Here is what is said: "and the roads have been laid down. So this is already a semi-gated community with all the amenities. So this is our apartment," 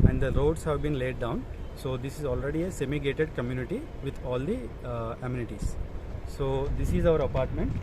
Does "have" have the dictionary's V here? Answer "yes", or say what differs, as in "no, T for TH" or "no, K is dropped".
yes